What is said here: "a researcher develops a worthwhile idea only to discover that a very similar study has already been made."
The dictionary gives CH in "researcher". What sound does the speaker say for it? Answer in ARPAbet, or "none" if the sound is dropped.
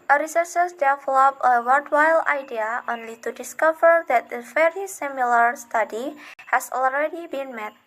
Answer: S